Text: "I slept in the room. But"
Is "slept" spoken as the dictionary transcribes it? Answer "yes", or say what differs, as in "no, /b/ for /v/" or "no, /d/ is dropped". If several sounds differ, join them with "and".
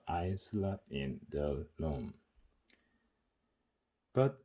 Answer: no, /p/ is dropped